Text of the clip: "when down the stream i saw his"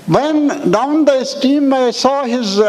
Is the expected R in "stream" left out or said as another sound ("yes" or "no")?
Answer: yes